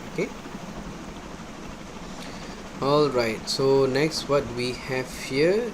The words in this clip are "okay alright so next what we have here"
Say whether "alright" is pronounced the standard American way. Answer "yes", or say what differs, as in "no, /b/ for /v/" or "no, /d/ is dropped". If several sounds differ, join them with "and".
yes